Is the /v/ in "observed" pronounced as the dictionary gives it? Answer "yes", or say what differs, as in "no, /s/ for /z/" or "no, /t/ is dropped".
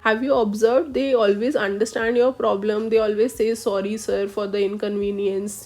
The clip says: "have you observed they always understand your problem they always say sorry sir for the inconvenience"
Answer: yes